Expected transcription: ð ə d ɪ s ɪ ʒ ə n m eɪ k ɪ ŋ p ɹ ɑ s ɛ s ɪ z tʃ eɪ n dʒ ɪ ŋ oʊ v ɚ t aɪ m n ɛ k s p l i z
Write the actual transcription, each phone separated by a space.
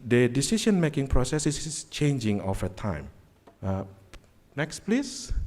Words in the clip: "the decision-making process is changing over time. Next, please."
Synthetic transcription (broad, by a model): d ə d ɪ s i ʃ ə n m eɪ k ɪ ŋ p ɹ ɑ s ɛ s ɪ s tʃ eɪ n dʒ ɪ ŋ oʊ f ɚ t aɪ m n ɛ k s p l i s